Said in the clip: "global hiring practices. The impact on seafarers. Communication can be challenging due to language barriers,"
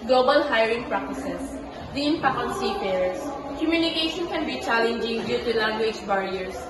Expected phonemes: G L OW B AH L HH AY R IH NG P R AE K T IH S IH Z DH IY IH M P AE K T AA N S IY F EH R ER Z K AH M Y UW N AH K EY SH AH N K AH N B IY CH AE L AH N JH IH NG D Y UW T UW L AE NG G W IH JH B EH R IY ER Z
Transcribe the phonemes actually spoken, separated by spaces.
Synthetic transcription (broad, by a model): G L OW B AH L HH AY R IH NG P R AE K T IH S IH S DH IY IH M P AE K AA N S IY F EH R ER S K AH M Y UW N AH K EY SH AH N K AH N B IY CH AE L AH N JH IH NG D Y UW T UW L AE NG G W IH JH B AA R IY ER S